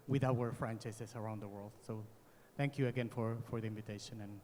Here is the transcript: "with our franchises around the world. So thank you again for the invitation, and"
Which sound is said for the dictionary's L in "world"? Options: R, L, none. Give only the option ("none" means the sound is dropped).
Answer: L